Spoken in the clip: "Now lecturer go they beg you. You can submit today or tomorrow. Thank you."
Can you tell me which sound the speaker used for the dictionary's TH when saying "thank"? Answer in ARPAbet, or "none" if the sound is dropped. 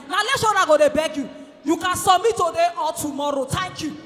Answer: T